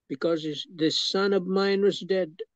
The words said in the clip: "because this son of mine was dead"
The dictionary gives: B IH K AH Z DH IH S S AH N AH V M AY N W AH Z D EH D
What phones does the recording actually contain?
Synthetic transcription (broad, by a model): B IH K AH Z DH IH S S AH N AH V M AY N W AH Z D EH D